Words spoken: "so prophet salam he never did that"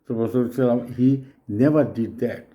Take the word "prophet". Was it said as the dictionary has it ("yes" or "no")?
no